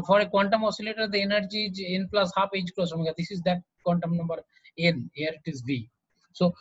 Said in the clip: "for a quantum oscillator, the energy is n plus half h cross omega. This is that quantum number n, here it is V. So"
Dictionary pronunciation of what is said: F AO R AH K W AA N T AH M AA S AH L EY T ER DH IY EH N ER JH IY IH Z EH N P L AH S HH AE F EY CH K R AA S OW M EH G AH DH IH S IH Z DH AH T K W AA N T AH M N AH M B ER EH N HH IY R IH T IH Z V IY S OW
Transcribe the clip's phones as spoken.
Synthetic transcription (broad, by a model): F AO R AH K W AA N T AH M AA S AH L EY T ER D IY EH N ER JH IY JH EH N P L AH S HH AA P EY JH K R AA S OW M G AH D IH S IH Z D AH T K W AA N T AH M N AH M B ER EH N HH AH R IH T IH Z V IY S OW